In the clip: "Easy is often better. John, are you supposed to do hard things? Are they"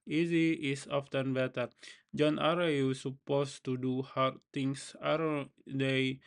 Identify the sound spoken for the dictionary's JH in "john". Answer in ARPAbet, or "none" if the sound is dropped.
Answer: JH